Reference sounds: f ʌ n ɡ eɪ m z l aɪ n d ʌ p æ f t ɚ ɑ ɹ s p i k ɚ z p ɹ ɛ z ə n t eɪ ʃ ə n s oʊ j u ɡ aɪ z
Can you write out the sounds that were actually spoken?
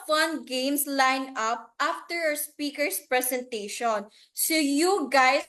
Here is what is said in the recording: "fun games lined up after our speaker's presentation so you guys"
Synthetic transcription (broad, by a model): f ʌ n ɡ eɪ m s l aɪ n ʌ p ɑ f t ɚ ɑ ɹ s p i k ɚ s p ɹ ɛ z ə n t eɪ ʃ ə n s oʊ j u ɡ aɪ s